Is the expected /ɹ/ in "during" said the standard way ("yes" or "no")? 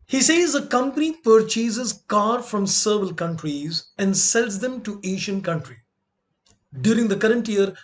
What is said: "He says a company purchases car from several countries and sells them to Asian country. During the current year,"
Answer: yes